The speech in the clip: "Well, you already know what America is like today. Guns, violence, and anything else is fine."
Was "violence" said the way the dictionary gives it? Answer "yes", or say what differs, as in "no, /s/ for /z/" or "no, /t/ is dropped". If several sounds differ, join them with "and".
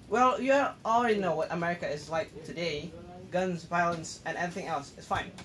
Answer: yes